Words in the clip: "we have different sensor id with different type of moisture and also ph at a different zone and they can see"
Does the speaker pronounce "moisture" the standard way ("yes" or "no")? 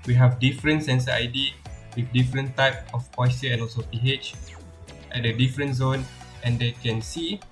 no